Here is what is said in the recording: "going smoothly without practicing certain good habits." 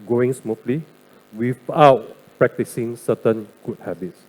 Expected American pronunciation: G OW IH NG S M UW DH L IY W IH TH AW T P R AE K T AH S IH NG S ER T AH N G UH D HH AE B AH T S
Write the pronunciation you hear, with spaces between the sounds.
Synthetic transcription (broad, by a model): G OW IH NG S M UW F L IY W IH F AW T P R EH K T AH S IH NG S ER T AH N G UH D HH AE B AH T S